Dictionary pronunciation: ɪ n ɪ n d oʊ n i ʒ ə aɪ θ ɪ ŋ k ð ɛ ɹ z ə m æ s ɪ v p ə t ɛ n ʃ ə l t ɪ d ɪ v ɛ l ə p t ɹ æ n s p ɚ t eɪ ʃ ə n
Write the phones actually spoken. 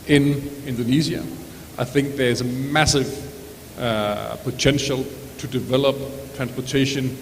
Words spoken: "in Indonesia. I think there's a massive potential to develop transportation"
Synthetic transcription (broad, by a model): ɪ n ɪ n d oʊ n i z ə aɪ θ ɪ ŋ k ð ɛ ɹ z ə m æ s ɪ v p ə t ɛ n ʃ ə l t ɪ d ɪ v ɛ l ə p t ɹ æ n s p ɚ t eɪ ʃ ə n